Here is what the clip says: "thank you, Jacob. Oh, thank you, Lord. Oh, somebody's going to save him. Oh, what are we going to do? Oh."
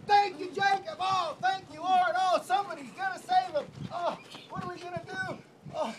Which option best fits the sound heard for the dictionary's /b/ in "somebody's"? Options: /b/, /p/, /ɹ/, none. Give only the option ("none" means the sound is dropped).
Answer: /b/